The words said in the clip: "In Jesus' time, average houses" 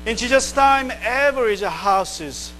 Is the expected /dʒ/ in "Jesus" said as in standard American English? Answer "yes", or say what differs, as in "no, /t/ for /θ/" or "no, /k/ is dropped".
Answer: no, /ʃ/ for /dʒ/